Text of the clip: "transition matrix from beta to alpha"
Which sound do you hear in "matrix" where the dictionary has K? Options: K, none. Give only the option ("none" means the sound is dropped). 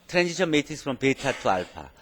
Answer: none